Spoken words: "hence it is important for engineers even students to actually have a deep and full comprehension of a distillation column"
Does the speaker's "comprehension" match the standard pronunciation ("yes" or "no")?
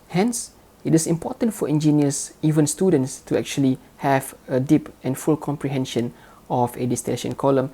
yes